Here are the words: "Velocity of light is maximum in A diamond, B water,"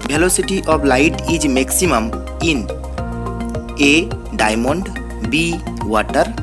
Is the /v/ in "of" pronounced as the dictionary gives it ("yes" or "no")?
no